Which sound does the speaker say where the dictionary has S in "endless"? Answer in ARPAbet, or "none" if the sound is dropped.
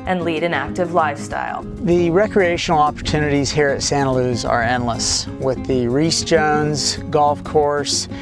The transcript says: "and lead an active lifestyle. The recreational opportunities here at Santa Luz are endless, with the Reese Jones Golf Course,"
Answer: S